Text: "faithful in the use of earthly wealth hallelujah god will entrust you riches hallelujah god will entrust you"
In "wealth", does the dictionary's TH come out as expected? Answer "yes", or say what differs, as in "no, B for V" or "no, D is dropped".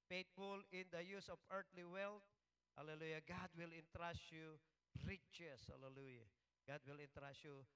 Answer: no, T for TH